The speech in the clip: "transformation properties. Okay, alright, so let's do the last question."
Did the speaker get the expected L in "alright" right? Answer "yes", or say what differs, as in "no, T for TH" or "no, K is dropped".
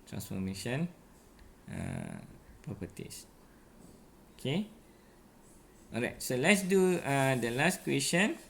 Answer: no, L is dropped